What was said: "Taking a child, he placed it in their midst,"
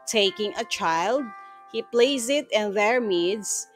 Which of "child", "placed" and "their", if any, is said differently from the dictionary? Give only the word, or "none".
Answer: placed